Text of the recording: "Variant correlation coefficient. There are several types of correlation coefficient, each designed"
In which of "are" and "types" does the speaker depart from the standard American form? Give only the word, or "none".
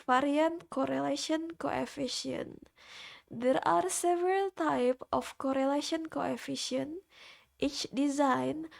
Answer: types